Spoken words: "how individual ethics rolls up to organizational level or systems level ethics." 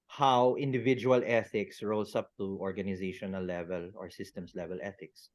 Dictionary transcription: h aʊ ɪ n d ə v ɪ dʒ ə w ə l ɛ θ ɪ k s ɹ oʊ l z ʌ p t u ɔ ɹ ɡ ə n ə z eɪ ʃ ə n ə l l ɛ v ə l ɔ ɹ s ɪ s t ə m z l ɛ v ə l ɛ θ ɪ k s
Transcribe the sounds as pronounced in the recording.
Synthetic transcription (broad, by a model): h aʊ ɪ n d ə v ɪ dʒ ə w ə l ɛ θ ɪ k s ɹ oʊ l s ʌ p t u ɔ ɹ ɡ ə n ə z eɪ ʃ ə n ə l l ɛ v ə l ɔ ɹ s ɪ s t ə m s l ɛ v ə l ɛ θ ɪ k s